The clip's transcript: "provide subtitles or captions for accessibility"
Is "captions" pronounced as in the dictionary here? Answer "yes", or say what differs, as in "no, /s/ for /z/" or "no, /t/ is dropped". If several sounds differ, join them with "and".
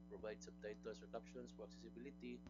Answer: no, /s/ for /z/